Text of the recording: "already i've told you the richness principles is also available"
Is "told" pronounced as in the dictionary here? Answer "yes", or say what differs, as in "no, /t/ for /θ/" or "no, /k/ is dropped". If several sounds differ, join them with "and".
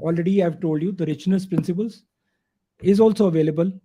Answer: yes